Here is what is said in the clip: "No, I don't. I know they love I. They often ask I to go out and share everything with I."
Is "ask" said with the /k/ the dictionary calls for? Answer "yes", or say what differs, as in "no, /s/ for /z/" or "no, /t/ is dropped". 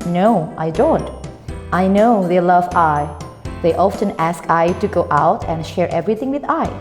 yes